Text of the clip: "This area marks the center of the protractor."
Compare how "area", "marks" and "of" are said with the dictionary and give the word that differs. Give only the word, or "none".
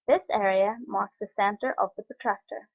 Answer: none